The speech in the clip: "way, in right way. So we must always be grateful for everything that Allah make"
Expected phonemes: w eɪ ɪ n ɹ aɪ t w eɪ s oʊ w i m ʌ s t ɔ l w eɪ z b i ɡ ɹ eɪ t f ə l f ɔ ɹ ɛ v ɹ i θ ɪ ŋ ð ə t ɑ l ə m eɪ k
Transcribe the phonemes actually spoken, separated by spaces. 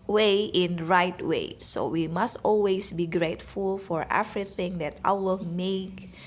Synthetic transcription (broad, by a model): w eɪ ɪ n ɹ aɪ t w eɪ s oʊ w i m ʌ s t ɔ l w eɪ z b i ɡ ɹ eɪ t f ə l f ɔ ɹ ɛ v ɹ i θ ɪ ŋ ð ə t ɑ w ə m eɪ k